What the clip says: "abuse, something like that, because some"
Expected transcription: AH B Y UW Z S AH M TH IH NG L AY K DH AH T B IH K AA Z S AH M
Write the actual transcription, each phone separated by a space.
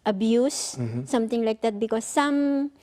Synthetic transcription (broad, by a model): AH B Y UW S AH M T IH NG L AY K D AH T B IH K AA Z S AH M